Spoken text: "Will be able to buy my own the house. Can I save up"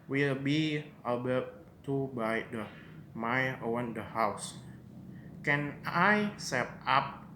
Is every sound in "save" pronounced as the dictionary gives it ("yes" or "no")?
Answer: no